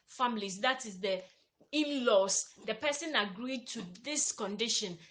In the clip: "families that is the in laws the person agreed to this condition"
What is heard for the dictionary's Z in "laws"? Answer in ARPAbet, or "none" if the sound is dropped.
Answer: S